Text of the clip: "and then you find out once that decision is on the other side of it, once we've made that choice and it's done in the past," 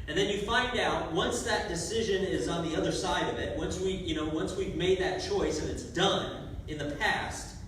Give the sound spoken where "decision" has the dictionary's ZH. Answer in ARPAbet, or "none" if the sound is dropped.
ZH